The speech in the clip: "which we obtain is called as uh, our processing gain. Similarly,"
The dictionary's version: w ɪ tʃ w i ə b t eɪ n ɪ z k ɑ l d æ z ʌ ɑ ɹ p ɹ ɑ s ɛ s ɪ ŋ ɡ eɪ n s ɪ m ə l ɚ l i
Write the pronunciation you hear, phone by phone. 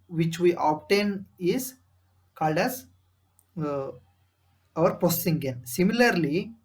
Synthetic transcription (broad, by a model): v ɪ tʃ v i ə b t eɪ n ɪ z k ɑ l d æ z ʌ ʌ ɹ p ɑ s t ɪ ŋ ɡ eɪ n s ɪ m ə l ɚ l i